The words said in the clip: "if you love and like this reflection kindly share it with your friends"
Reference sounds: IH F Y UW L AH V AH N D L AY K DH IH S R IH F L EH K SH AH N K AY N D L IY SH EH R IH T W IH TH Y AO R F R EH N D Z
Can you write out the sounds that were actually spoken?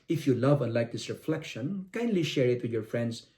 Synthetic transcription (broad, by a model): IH F Y UW L AH V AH N L AY K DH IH S R IH F L EH K SH AH N K AY N D L IY SH EH R IH T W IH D Y AO R F R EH N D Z